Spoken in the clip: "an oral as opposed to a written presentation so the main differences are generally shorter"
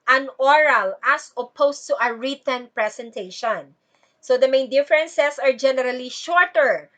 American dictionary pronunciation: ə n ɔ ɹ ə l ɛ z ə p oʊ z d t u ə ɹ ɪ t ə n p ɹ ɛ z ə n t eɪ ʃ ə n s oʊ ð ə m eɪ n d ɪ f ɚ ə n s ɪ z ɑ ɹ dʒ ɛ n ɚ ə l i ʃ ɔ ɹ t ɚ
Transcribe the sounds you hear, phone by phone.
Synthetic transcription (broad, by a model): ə n ɔ ɹ ə l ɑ s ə p oʊ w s t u ə ɹ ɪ t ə n p ɹ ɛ s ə n t eɪ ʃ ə n s oʊ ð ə m eɪ n d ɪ f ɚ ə n s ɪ s ɑ ɹ dʒ ɛ n ɚ ə l i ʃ ɔ ɹ t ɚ